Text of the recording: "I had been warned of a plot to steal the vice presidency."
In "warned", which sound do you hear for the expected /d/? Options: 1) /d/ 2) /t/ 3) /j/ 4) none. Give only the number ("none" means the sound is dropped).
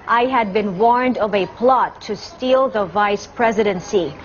1